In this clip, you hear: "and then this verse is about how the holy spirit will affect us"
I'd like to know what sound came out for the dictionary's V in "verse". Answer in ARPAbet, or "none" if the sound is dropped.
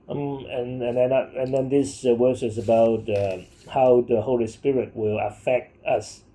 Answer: W